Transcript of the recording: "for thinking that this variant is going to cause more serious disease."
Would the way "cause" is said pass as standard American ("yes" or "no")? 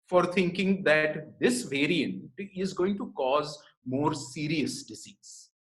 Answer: yes